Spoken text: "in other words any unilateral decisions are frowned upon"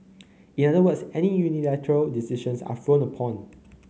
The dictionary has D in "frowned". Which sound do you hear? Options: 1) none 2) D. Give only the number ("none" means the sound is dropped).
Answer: 1